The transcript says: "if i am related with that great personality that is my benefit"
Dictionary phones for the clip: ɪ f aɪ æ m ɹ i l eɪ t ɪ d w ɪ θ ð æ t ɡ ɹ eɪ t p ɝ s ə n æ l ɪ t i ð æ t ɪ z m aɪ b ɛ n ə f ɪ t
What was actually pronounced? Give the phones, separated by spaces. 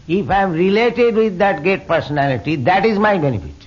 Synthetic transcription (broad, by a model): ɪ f aɪ m ɹ i l eɪ t ɪ d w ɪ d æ t ɡ eɪ t p ɝ s ə n æ l ɪ t i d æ t ɪ z m aɪ b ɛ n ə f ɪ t